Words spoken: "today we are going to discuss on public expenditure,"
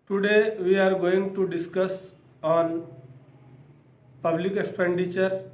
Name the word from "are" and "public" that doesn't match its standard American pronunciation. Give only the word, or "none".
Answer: none